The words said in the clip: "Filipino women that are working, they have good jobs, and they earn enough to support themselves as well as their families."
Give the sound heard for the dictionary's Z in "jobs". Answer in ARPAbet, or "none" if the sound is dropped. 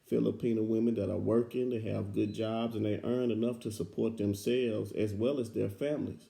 Z